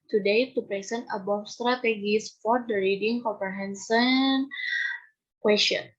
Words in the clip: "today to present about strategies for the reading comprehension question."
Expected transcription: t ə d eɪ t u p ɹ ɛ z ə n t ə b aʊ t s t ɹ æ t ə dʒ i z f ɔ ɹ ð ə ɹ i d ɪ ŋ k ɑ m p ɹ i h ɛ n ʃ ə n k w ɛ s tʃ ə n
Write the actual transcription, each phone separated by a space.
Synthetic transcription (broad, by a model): t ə d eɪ t u p ɹ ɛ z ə n t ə b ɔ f s t ɹ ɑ t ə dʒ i s f ɔ ɹ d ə ɹ i d ɪ ŋ k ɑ m p ɹ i h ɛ n s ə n k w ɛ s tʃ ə n